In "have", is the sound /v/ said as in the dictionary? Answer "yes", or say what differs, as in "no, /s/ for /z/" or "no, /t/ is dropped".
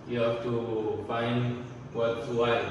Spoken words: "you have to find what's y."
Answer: no, /f/ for /v/